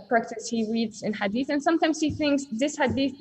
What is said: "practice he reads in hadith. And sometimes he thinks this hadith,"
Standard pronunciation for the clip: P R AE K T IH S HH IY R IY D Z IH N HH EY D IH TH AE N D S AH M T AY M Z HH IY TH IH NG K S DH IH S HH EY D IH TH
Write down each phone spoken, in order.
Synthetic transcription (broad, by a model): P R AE K T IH S HH IY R IY D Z IH N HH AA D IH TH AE N S AH M T AY M Z HH IY TH IH NG K S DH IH S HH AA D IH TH